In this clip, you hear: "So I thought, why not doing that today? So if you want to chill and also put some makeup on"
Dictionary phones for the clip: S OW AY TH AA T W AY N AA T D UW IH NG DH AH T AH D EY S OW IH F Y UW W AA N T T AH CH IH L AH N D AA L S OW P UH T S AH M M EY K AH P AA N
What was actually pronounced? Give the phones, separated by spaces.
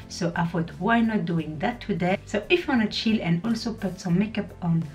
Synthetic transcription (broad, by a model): S OW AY F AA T W AY N AA T D UW IH NG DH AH T AH D EY S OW IH F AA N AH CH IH L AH N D AA L S OW P UH T S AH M M EY K AH P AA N